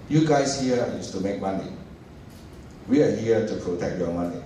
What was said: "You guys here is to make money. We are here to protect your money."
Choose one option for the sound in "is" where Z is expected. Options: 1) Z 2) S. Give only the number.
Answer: 2